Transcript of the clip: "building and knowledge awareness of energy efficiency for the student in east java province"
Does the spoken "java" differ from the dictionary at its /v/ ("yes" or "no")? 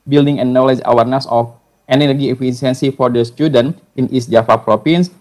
yes